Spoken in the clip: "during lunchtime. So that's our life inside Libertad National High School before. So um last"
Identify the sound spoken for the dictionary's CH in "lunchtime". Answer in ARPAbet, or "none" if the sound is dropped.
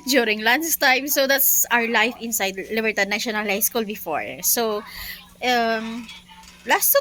S